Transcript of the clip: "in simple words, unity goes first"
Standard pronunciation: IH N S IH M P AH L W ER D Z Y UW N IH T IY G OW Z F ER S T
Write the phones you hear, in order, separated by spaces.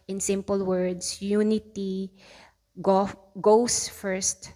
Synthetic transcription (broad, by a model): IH N S IH M P AH L W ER D S Y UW N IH T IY G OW S F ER S T